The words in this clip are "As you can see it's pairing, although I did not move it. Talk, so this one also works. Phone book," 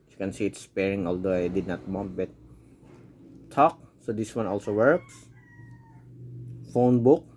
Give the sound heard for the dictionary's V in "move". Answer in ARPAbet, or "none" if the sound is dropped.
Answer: B